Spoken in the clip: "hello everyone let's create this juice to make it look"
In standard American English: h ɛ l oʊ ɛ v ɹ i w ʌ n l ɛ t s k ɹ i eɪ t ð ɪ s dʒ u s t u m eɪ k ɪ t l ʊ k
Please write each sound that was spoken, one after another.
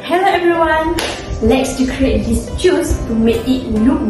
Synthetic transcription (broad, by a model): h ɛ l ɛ v ɹ i w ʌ n l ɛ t s k ɹ i eɪ t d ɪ s tʃ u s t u m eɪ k ɪ t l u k